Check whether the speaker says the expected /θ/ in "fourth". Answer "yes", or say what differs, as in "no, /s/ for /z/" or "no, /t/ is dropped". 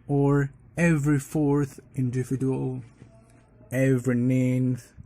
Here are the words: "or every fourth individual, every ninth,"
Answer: yes